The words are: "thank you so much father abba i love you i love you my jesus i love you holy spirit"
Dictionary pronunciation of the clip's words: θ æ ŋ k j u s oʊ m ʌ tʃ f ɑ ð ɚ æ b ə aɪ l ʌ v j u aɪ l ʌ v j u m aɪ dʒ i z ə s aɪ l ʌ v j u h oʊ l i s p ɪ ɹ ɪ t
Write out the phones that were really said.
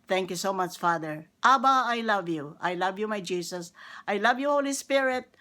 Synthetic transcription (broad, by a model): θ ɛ ŋ k j u s oʊ m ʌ tʃ f ɑ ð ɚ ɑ b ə aɪ l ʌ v j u aɪ l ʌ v j u m aɪ dʒ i s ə s aɪ l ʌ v j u h oʊ l i s p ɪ ɹ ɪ t